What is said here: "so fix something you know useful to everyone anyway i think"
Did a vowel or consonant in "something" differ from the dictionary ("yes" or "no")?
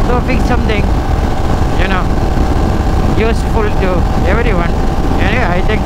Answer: yes